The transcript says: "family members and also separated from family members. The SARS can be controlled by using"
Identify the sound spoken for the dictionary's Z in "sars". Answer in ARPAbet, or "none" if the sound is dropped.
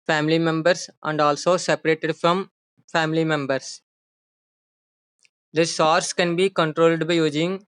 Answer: S